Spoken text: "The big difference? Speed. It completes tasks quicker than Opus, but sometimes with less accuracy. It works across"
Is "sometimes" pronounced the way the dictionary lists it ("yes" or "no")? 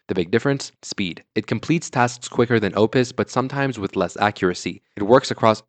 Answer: yes